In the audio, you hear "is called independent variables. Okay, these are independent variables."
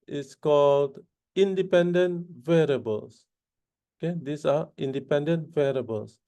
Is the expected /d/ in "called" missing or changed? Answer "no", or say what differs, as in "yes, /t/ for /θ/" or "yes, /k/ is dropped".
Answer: no